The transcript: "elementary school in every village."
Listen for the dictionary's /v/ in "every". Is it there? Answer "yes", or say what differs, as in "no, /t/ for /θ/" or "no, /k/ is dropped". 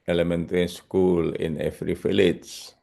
no, /f/ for /v/